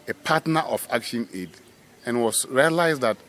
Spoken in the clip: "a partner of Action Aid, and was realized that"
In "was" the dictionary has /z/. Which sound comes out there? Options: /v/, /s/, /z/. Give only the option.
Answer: /s/